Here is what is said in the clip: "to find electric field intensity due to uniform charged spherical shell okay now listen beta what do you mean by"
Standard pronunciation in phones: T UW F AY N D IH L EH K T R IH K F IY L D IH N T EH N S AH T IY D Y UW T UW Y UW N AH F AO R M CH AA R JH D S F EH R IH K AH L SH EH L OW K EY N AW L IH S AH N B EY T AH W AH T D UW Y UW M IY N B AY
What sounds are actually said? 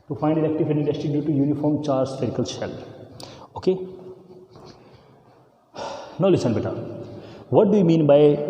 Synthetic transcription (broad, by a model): T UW F AY N D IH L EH K T IH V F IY N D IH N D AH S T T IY D Y UW T UW Y UW N AH F AO R M CH AA R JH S EH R K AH L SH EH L OW K EY N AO L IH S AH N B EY T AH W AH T D UW Y UW M IY N B AY